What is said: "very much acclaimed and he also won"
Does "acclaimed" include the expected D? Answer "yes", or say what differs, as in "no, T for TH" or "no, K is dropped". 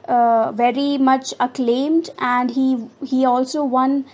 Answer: yes